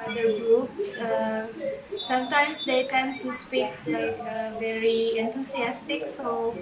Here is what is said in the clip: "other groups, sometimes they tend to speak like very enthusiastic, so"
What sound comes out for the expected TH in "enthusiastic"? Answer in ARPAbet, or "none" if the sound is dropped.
T